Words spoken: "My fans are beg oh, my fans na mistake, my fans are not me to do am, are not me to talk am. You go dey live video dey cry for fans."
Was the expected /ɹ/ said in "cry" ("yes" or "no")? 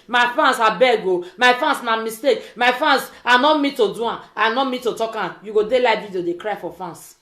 yes